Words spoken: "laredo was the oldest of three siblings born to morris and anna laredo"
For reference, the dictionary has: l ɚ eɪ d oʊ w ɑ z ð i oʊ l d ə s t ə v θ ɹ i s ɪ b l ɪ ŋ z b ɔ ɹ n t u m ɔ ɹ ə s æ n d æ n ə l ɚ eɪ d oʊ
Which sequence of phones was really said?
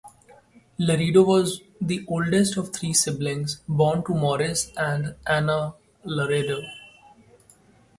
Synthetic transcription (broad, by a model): l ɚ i d oʊ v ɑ z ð i oʊ l d ə s t ə v t ɹ i s ɪ b l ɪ ŋ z b ɔ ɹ n t u m ɔ ɹ ə s æ n d æ n ə l ɚ eɪ d oʊ